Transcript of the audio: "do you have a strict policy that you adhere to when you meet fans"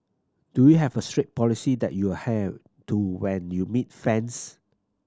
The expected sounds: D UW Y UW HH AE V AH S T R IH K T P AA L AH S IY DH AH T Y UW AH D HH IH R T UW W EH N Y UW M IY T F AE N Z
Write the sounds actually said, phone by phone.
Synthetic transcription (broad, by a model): D UW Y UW HH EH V AH S T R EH T P AA L AH S IY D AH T Y UW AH HH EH T UW W EH N Y UW M IY T F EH N S